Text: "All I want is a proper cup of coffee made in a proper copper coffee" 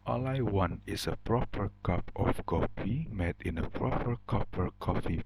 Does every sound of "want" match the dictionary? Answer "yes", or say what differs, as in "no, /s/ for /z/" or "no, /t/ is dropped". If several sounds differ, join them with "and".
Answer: no, /t/ is dropped